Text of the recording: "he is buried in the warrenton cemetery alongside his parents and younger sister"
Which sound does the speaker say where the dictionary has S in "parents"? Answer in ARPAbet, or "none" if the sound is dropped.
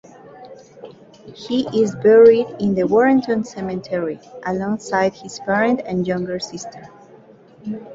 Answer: none